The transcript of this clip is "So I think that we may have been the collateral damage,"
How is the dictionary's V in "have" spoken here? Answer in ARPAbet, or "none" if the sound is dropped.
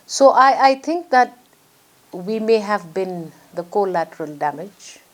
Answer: V